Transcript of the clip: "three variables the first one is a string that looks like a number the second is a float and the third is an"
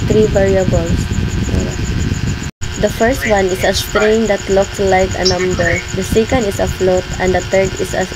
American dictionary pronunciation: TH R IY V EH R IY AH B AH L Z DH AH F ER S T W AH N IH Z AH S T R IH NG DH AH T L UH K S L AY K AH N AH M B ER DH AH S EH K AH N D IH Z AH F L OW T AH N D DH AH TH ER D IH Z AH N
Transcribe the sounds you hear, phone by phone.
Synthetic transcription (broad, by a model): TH R IY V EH R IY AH B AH L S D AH F ER S T W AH N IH S AH S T R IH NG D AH T L UH K S L AY K AH N AH M B ER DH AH S EH K AH N D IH S AH F L OW T AH N D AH T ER D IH S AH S